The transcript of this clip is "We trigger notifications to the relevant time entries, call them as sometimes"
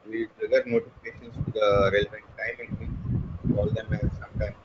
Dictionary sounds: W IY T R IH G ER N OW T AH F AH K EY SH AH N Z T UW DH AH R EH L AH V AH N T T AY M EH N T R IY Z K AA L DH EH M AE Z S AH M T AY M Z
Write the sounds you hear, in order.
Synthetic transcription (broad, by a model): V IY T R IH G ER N OW T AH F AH K EY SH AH N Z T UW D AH R EH L AH V AH N T T AY M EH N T IY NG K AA L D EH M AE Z S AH M T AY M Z